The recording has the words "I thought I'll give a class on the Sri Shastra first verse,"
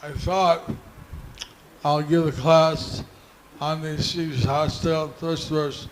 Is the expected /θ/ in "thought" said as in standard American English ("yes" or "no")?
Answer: yes